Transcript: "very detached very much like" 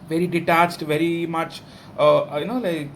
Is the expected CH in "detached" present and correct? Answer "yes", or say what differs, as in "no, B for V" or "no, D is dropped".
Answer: yes